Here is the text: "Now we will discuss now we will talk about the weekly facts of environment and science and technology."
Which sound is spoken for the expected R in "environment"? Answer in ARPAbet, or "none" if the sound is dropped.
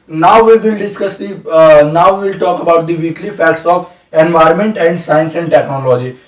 R